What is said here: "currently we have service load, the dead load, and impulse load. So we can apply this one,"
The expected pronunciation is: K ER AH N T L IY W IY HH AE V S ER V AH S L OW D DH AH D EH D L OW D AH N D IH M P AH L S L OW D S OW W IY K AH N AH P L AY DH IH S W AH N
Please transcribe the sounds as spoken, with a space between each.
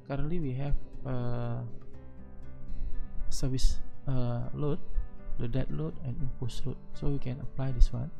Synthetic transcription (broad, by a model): K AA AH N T L IY W IY HH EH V S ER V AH S L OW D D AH D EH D L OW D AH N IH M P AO S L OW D S OW W IY K AH N AH P L AY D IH S W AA N